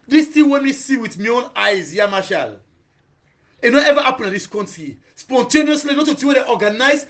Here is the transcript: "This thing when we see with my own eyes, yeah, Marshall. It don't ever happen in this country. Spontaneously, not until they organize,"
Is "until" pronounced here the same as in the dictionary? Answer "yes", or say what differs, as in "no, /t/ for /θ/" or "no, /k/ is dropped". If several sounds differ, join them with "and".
no, /n/ is dropped